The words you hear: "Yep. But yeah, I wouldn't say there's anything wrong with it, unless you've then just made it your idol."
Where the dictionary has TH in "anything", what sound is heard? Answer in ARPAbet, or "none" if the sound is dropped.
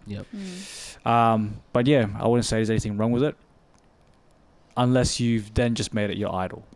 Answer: TH